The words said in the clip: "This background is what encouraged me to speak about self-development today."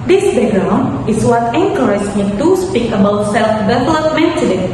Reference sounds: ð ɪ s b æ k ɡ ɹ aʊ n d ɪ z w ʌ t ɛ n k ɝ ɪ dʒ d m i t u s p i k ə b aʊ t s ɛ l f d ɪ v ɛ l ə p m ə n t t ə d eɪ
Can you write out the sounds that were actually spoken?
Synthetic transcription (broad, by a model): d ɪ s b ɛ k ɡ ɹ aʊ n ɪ s w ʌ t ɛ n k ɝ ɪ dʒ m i t u s p i k ə b aʊ t s ɛ l f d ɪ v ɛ l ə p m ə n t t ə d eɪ